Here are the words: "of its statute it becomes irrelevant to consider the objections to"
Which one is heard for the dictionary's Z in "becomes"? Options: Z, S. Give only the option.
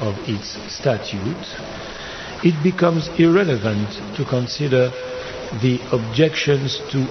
Z